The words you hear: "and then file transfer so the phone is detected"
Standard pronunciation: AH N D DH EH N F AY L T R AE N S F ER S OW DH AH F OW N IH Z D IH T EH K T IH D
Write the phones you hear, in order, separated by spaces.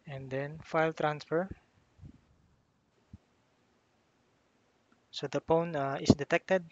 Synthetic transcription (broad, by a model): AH N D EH N F AY L T R AE N S F ER S OW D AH P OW N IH S D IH T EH K T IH D